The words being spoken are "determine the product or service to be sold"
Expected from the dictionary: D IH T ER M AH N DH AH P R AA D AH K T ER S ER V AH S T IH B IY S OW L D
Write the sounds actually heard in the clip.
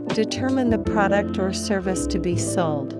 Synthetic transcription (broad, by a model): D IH T ER M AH N DH AH P R AA D AH K T ER S ER V AH S T IH B IY S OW L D